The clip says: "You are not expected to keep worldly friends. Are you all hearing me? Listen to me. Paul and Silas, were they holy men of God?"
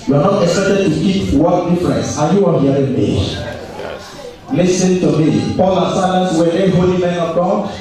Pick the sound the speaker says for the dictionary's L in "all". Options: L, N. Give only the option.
N